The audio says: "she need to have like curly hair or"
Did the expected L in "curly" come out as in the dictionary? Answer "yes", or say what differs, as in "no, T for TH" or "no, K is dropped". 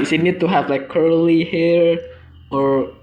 yes